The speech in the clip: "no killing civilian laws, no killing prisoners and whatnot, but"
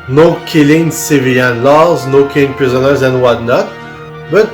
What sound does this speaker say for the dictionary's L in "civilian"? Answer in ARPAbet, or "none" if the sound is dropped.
none